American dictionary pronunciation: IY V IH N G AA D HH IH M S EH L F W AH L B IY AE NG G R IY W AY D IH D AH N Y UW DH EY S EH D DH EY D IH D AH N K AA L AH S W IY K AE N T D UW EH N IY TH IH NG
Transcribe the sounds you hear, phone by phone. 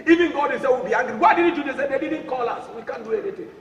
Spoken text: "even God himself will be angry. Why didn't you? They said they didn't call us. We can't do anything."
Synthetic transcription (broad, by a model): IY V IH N G AA D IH S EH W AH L B IY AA NG G R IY W AY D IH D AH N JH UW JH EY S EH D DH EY D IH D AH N K AA L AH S W IY K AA N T D UW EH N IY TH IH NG